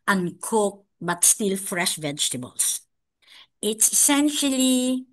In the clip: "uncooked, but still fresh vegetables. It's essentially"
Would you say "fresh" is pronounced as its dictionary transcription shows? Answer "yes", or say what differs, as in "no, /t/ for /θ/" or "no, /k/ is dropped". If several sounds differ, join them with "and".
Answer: yes